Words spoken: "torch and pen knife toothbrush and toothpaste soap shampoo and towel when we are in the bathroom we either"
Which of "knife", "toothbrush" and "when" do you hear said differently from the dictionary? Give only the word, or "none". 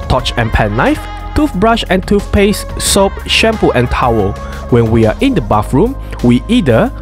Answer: toothbrush